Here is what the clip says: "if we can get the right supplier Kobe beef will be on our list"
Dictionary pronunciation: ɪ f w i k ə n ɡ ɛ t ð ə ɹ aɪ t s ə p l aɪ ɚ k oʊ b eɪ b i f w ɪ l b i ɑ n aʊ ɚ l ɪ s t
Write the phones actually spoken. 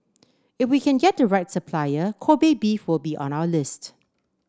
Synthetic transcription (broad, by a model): ɪ f w i k ə n ɡ ɛ t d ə ɹ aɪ t s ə p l aɪ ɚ k oʊ b eɪ b i f w ɪ l b i ɑ n aʊ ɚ l ɪ s t